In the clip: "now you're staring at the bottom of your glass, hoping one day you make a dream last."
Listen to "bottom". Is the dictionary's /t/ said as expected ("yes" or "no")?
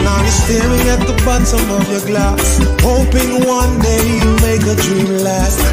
no